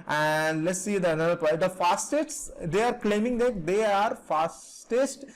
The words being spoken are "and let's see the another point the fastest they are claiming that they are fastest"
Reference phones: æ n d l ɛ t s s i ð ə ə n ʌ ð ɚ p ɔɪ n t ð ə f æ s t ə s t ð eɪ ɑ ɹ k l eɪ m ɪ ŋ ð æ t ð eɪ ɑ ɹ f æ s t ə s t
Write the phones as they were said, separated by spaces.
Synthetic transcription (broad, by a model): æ n d l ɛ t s s i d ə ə n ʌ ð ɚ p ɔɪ t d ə f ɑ s t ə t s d eɪ ɑ ɹ k l eɪ m ɪ ŋ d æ t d eɪ ɑ ɹ f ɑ s t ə s t